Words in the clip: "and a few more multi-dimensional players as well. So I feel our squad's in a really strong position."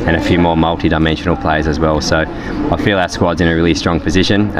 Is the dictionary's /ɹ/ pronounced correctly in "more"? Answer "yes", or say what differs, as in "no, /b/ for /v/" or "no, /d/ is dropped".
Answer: yes